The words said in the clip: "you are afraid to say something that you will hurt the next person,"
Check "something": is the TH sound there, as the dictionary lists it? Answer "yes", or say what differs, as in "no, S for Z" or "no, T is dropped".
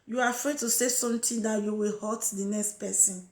no, T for TH